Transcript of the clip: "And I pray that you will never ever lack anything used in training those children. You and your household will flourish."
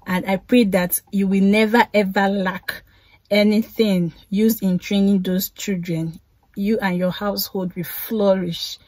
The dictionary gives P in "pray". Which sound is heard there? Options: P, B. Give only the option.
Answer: P